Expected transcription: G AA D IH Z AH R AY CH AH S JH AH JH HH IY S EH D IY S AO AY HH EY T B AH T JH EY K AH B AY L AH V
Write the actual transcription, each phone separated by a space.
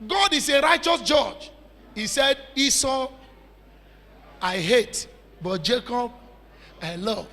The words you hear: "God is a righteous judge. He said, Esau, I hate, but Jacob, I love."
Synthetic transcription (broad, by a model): G AA D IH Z AH R AY CH AH S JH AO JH HH IY S EH D IY S AO AY HH EY T B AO T JH EY K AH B AY L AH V